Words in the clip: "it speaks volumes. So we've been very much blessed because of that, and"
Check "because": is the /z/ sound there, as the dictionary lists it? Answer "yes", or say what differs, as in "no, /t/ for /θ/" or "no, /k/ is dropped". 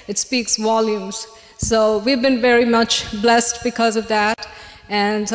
yes